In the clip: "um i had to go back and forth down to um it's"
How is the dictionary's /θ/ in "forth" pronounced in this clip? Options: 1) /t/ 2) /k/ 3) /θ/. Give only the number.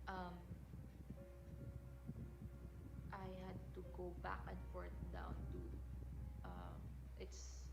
1